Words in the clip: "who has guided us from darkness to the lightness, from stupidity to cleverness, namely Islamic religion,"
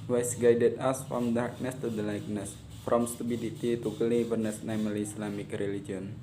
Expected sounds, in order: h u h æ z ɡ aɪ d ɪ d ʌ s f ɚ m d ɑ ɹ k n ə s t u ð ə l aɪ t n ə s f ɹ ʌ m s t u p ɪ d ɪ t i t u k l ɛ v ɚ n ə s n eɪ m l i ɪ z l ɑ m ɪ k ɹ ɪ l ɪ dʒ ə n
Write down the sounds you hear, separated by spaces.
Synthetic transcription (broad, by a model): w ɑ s ɡ aɪ d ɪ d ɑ s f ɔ m d ɑ ɹ k n ə s t u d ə l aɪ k n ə s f ɹ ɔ m s t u b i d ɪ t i t u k l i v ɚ n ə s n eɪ m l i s l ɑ m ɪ k ɹ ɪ l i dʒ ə n